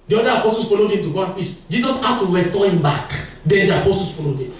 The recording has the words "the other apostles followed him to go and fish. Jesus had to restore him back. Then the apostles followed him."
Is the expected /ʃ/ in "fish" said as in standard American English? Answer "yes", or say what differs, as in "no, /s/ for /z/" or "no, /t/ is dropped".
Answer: no, /s/ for /ʃ/